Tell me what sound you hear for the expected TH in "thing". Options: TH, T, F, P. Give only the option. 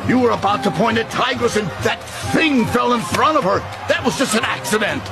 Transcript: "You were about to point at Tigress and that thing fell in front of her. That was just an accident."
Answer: TH